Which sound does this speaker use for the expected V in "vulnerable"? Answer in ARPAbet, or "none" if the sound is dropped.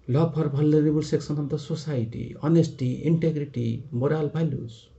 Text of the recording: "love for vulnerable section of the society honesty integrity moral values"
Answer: B